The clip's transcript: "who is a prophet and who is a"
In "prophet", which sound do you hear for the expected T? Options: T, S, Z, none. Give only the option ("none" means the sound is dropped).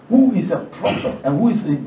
none